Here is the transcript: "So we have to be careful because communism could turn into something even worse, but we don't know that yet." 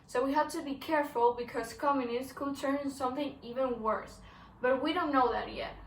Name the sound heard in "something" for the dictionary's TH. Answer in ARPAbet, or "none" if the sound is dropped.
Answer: TH